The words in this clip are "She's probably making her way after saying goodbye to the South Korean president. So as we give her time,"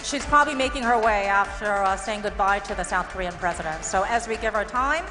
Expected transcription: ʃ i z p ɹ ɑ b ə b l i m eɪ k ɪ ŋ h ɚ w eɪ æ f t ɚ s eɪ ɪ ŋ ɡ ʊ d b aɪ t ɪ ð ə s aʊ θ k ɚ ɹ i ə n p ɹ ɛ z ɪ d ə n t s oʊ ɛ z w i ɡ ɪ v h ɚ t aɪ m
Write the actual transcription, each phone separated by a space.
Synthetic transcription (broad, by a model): ʃ i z p ɹ ɑ b ə b l i m eɪ k ɪ ŋ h ɚ w eɪ æ f t ɚ s eɪ ɪ ŋ ɡ ʊ d b aɪ t ɪ ð ə s aʊ θ k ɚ ɹ i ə n p ɹ ɛ z ɪ d ə n t s oʊ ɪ z w i ɡ ɪ v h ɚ t aɪ m